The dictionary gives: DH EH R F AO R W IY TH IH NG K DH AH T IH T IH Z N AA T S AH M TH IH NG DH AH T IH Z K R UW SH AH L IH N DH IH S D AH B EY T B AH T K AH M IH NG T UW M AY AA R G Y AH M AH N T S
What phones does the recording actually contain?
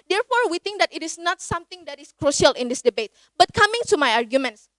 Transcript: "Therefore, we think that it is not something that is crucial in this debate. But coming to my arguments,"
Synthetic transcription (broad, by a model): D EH R F AO R W IY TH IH NG K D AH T IH T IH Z N AA T S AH M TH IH NG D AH T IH S K R UW SH AH L IH N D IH S D AH B EY T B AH T K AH M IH NG T UW M AY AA R G Y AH M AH N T S